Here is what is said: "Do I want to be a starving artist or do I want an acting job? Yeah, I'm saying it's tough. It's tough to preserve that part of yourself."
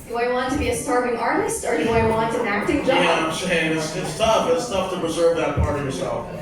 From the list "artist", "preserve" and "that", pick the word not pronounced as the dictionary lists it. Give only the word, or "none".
none